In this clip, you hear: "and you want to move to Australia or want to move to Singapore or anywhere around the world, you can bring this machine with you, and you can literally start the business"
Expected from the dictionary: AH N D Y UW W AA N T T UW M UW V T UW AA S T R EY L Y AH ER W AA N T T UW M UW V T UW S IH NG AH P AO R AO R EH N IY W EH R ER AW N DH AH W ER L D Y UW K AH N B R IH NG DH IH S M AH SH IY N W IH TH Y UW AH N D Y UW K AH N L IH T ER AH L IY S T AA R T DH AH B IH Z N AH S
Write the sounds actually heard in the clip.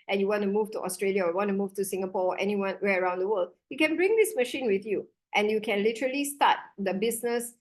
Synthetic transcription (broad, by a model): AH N Y UW W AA N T T UW M UW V T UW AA S T R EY L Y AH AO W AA N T T UW M UW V T UW S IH NG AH P AO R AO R EH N IY W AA W ER AW N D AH W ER L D Y UW K AH N B R IH NG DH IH S M AH SH IY N W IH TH Y UW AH N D Y UW K AH N L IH T ER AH L IY S T AA T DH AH B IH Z N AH S